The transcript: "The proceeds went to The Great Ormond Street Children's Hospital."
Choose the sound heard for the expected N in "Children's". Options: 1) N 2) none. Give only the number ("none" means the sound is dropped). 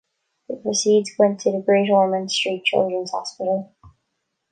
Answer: 1